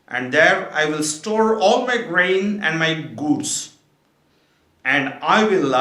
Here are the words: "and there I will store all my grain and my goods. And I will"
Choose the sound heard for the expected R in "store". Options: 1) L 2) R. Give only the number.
2